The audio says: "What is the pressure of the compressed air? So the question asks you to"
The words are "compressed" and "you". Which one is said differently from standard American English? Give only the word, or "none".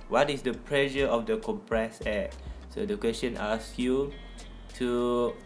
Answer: compressed